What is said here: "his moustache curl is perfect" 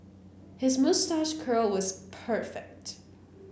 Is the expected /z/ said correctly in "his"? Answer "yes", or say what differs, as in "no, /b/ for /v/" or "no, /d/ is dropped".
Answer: yes